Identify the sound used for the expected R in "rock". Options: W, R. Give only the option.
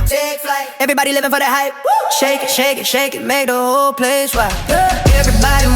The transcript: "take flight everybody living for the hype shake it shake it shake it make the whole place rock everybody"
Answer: W